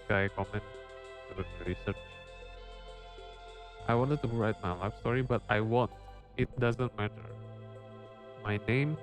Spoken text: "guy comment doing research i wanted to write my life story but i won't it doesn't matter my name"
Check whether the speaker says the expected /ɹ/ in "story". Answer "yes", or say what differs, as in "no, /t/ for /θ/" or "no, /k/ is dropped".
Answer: yes